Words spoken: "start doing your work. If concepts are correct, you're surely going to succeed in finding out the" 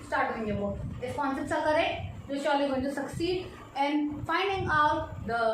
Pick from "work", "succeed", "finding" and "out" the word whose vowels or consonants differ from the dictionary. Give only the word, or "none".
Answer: work